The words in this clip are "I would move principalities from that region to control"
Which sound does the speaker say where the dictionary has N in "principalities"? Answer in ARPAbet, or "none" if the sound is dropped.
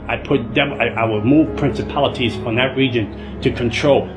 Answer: N